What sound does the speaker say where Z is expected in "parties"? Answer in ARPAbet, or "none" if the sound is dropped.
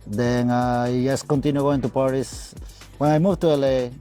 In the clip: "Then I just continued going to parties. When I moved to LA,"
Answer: S